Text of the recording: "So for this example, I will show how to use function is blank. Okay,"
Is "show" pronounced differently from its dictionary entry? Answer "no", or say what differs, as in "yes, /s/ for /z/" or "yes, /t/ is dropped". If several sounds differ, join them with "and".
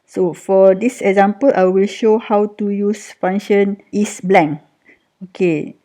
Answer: no